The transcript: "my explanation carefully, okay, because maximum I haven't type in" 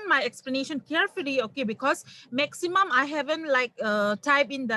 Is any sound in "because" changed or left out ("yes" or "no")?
yes